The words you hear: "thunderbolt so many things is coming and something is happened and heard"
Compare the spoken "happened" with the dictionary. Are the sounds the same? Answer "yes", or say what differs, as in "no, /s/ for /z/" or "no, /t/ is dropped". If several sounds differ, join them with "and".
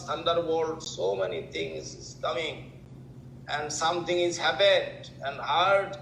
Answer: no, /n/ is dropped